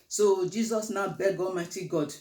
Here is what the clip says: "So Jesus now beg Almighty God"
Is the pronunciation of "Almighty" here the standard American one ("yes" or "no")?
yes